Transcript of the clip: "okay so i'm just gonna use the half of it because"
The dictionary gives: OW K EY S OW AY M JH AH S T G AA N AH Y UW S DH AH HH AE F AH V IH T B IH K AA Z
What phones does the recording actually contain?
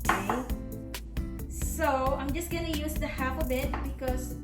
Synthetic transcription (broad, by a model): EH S S OW AY M JH AH S T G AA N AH Y UW S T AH HH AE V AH B IH T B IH K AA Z